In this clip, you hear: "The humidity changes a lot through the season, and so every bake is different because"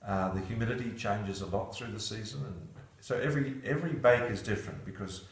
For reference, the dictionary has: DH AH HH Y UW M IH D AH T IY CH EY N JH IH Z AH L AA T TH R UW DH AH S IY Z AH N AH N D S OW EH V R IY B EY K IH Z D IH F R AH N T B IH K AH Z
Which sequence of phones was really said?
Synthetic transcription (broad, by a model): DH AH HH Y UW M IH D AH T IY CH EY N JH IH Z AH L AA T TH R UW DH AH S IY Z AH N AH N S OW EH V R IY B EY K IH Z D IH F R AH N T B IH K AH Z